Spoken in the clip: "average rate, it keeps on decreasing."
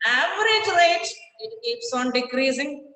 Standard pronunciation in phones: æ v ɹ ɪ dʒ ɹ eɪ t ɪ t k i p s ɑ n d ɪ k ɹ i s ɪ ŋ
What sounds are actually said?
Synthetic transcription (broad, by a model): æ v ɹ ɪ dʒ l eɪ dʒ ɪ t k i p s ɑ n d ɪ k ɹ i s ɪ ŋ